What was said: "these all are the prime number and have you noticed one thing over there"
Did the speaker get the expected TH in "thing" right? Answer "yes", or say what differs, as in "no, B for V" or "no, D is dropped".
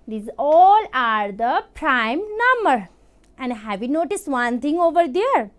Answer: no, T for TH